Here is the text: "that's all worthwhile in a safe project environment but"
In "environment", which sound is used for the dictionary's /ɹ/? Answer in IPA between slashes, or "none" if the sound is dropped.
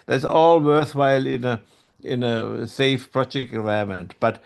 none